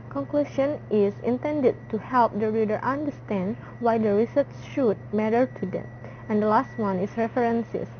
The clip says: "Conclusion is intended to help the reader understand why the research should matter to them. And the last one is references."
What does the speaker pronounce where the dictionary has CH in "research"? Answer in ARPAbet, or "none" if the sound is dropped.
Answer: S